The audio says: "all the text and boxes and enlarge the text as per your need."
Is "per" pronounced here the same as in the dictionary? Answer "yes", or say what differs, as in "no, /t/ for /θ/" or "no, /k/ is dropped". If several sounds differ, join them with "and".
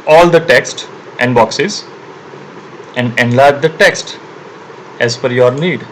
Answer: no, /f/ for /p/